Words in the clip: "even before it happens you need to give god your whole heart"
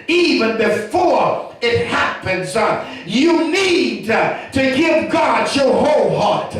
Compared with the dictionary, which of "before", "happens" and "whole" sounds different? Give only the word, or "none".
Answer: none